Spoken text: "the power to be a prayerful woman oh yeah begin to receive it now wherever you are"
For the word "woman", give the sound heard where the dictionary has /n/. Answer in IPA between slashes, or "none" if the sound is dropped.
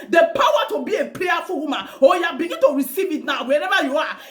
none